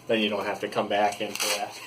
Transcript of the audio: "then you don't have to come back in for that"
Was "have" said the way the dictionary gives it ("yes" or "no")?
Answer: no